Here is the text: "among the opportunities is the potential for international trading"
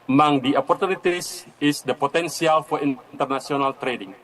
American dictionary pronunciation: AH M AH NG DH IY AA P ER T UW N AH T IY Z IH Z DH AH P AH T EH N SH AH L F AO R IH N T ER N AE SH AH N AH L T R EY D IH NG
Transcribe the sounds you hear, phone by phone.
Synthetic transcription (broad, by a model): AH M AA NG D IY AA P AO T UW N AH T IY S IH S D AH P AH T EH N S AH L F AO R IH N T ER N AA S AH N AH L T R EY D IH NG